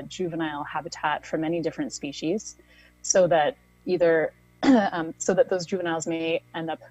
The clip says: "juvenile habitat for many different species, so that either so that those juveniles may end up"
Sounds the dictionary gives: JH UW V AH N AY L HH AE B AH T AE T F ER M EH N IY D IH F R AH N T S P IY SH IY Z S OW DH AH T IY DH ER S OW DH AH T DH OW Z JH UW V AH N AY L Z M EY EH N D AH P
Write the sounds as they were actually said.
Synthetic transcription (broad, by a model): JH UW V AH N AY L HH AE B AH T AE T F ER M EH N IY D IH F R AH N T S P IY SH IY Z S OW DH AH T IY DH ER S OW DH AH T DH OW Z JH UW V AH N AY L Z M EY EH N D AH P